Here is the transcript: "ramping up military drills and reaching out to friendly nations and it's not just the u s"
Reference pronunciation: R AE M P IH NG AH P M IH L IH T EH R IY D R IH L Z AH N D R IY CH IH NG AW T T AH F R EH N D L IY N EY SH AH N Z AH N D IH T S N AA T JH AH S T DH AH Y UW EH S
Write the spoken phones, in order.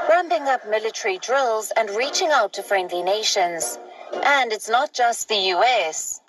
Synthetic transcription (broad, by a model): R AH M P IH NG AH P M IH L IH T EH R IY D R IH L Z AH N R IY CH IH NG AW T T AH F R EH N D L IY N EY SH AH N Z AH N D IH T S N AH T JH AH S T DH AH Y UW EH S